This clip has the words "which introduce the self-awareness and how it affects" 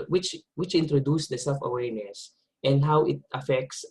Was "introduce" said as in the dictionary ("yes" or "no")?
yes